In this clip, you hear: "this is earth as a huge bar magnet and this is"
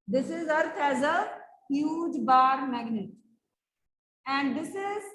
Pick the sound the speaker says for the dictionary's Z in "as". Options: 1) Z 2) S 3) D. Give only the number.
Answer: 1